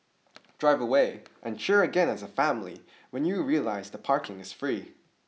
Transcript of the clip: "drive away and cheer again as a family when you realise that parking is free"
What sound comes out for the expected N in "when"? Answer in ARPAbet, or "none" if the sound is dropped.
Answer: N